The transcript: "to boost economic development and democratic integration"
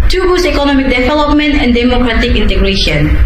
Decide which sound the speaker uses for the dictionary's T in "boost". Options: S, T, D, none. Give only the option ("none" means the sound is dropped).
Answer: none